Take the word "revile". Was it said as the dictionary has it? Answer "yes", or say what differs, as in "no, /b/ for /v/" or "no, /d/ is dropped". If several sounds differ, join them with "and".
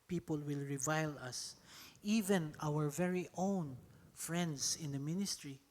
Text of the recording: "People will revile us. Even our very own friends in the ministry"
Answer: yes